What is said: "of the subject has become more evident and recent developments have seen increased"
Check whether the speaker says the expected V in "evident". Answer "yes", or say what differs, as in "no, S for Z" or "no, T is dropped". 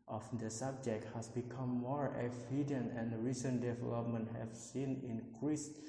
no, F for V